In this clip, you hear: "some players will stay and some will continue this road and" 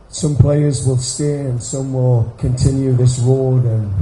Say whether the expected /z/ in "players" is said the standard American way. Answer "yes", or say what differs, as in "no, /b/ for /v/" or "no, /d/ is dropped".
yes